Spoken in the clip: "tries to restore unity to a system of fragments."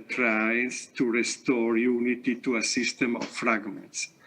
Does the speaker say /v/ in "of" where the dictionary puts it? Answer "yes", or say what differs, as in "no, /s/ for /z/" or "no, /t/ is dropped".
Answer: no, /f/ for /v/